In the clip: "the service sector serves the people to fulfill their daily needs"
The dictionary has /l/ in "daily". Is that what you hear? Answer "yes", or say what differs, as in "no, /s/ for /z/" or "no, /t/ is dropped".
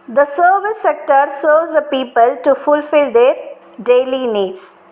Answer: yes